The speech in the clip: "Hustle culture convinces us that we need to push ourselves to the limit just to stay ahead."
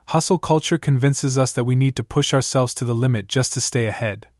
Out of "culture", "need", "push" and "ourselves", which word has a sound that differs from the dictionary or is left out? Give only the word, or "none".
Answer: none